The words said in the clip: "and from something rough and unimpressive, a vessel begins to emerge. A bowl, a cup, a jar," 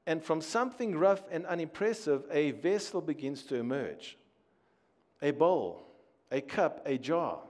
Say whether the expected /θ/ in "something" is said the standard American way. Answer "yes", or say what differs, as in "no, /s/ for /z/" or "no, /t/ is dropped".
yes